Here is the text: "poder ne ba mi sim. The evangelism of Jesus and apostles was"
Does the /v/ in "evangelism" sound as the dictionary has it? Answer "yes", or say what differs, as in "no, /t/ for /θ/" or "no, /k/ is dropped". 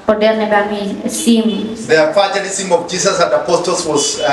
no, /f/ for /v/